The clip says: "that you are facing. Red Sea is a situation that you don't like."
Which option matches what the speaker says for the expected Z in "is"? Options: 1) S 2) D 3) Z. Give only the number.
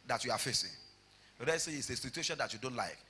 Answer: 1